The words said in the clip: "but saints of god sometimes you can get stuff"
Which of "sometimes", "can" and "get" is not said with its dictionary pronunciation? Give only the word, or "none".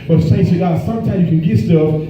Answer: sometimes